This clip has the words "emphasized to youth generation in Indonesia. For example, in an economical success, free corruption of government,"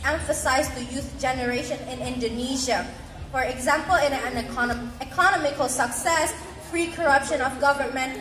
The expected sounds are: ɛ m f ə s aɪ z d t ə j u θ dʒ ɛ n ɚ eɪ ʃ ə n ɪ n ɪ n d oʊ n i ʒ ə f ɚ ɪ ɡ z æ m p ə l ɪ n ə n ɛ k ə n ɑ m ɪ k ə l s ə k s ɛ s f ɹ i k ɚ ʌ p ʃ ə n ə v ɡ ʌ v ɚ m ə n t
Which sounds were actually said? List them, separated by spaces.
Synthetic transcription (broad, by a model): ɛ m f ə s aɪ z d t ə j u θ dʒ ɛ n ɚ eɪ ʃ ə n ɪ n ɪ n d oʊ n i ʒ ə f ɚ ɪ ɡ z æ m p ə l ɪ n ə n ɛ k ə n ɑ m ɪ k ə l s ə k s ɛ s f ɹ i k ɚ ʌ p ʃ ə n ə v ɡ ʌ v ɚ m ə n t